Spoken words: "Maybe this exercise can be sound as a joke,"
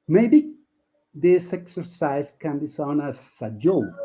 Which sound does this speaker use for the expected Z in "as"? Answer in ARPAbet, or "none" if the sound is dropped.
S